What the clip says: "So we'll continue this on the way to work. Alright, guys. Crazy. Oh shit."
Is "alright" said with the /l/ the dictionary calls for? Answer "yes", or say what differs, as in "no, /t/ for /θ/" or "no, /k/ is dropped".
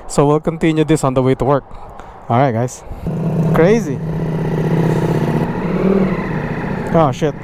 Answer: no, /l/ is dropped